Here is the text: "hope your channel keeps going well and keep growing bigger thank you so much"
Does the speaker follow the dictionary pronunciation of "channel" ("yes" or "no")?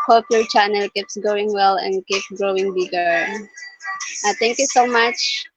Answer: yes